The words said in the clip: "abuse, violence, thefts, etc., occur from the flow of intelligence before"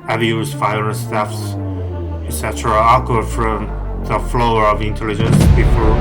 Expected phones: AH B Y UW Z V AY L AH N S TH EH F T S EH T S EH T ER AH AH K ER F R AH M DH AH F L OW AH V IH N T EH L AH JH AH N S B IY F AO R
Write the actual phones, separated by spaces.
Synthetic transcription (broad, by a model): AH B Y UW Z F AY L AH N S T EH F S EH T S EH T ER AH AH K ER F R AH M DH AH F L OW AH V IH N T EH L AH JH AH N S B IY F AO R